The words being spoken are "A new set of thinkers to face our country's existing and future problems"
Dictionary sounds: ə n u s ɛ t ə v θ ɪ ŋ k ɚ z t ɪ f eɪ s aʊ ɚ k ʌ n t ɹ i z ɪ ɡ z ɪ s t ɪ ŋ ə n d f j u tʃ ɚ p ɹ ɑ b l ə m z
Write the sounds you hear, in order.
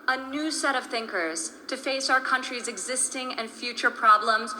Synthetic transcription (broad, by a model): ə n u s ɛ t ə v θ ɪ ŋ k ɚ z t ɪ f eɪ s aʊ ɚ k ʌ n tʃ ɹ i z ɪ ɡ z ɪ s t ɪ ŋ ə n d f j u tʃ ɚ p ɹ ɑ b l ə m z